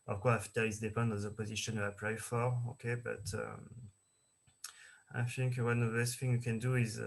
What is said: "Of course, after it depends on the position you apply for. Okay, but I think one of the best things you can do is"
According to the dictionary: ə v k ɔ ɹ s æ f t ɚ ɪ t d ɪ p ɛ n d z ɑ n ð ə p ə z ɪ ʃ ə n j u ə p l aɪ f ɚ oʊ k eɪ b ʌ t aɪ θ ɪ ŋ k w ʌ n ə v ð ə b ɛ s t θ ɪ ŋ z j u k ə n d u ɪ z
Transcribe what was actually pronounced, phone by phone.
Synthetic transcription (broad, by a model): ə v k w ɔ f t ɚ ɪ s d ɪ p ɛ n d ɑ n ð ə p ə z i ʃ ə n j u ə p l aɪ f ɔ oʊ k eɪ b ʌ t aɪ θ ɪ ŋ k w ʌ n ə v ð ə b ɛ s t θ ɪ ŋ j u k ə n d u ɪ z